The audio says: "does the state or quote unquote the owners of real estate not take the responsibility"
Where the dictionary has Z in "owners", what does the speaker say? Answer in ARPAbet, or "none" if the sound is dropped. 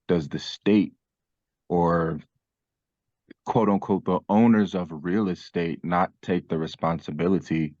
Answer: Z